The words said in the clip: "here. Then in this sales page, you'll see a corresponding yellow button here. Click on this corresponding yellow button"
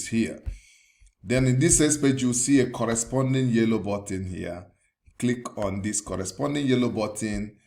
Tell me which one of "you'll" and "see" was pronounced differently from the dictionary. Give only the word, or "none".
you'll